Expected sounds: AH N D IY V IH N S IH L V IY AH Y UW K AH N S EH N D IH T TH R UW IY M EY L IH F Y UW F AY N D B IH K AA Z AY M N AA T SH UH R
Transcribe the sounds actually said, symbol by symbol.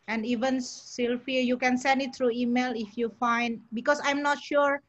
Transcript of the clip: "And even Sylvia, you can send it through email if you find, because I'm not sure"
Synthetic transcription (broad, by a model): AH N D IY V IH N S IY L F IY Y UW K AH N S EH N D IH T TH R UW IY M EY L IH F Y UW F AY N D B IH K AA S AY M N AA T SH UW R